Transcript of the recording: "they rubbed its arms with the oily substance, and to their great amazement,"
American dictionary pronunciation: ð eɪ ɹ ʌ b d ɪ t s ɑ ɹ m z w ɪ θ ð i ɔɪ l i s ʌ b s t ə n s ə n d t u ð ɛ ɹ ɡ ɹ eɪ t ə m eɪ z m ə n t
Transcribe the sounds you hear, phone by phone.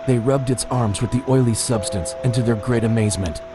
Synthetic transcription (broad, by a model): ð eɪ ɹ ʌ b d ɪ t s ɑ ɹ m z w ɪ ð i ɔɪ l i s ʌ b s t ə n s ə n t u ð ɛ ɹ ɡ ɹ eɪ t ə m eɪ z m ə n t